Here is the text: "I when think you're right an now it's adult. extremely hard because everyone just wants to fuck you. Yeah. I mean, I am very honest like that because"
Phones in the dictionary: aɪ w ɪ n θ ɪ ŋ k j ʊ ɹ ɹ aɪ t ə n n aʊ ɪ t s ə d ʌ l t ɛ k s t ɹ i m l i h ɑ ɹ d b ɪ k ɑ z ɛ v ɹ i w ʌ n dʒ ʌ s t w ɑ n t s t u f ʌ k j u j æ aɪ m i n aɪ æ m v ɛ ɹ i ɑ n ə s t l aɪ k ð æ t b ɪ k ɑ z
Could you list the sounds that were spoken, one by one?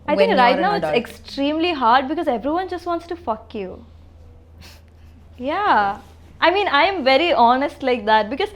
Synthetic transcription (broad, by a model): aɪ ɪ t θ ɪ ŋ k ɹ ɹ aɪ ə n n aʊ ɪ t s ɛ k s t ɹ i m l i h ɑ ɹ d b ɪ k ɑ z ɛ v ɹ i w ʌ n dʒ ʌ s t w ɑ n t s t u f ʌ k j u j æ aɪ m i n aɪ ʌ m v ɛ ɹ i ɑ n ə s t l aɪ k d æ t b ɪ k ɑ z